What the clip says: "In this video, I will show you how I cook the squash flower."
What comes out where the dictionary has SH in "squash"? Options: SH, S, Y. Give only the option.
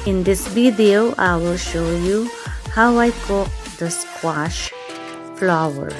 SH